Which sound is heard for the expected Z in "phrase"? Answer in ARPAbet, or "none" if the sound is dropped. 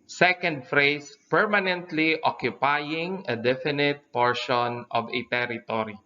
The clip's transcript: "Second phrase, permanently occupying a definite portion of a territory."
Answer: S